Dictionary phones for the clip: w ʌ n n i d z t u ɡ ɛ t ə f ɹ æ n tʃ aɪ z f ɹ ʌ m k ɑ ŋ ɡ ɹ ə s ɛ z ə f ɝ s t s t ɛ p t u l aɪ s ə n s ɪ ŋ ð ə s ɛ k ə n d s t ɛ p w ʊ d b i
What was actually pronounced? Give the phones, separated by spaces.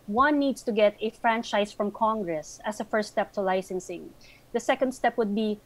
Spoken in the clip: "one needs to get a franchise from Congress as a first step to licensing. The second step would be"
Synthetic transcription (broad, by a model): w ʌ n n i d s t u ɡ ɛ t ə f ɹ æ n tʃ aɪ s f ɹ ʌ m k ɑ ŋ ɡ ɹ ə s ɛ s ə f ɝ s t s t ɛ p t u l aɪ s ə n s ɪ ŋ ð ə s ɛ k ə n d s t ɛ p w ʊ d b i